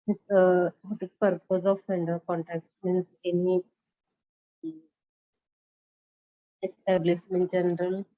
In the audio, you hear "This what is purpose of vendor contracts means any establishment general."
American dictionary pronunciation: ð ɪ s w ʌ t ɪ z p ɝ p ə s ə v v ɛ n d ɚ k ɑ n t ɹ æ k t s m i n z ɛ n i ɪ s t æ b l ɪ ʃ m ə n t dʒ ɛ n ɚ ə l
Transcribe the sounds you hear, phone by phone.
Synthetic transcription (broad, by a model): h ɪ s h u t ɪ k p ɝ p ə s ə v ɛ n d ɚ k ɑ n t æ k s m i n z ɛ n i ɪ s t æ b l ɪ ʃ m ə n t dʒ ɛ n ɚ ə l